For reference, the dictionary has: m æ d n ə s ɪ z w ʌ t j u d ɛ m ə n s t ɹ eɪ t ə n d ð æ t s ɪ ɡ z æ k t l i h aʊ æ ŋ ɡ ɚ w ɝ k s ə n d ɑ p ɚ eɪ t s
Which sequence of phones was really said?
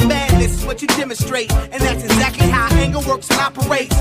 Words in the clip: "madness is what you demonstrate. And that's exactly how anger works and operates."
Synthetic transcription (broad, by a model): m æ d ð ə s ɪ z w ʌ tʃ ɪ d ɛ m ə n s t ɹ eɪ t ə n ð æ t s ɪ ɡ z æ k t l i h aʊ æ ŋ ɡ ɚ w ɝ k s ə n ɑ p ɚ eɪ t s